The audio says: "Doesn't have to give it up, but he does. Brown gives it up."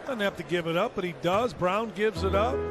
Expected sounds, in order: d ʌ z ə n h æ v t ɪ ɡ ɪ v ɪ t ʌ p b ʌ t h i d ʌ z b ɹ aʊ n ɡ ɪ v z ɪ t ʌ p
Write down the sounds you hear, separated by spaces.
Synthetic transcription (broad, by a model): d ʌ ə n h æ f t ɪ ɡ ɪ v ɪ t ʌ p b ʌ t h i d ʌ z b ɹ aʊ n ɡ ɪ v z ɪ t ʌ p